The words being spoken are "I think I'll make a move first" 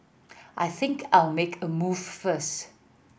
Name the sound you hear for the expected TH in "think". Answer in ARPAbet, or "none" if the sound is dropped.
TH